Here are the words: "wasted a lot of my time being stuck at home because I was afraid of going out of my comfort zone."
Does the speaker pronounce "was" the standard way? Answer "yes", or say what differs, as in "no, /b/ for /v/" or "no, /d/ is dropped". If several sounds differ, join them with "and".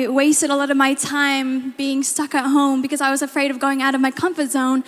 yes